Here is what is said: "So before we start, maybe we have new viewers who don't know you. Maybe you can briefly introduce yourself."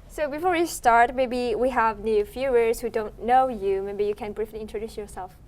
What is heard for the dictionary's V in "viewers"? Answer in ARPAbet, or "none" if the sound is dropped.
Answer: F